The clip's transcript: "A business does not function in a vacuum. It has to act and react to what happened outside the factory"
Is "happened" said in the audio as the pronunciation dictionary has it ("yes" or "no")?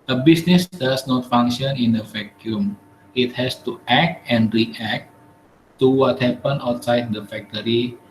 no